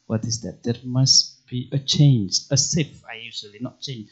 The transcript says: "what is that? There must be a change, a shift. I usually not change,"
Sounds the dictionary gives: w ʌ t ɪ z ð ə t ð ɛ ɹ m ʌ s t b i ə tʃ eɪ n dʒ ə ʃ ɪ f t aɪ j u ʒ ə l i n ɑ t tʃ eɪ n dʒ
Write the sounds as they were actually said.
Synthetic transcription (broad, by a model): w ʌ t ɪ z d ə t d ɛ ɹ m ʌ s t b i ə tʃ eɪ n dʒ ə s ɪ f aɪ j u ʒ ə l i n ɑ t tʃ eɪ n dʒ